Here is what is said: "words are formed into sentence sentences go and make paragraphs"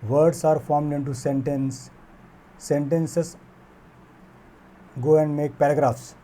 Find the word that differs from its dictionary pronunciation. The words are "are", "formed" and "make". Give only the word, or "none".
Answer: none